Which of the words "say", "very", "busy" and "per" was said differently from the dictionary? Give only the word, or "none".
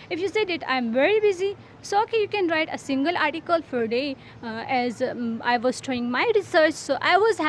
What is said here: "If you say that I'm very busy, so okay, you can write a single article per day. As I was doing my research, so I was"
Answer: per